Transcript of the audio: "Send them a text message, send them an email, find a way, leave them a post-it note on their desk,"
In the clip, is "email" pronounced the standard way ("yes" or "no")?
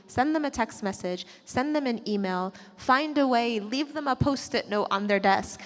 yes